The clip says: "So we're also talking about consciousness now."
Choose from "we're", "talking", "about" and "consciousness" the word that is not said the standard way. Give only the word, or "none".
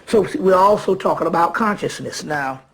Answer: none